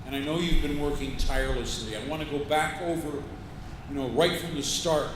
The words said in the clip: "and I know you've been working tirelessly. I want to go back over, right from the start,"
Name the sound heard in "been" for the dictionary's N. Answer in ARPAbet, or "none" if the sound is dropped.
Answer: N